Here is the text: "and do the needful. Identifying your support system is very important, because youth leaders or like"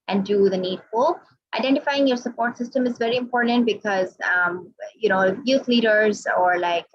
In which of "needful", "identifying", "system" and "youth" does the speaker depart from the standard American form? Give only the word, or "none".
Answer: youth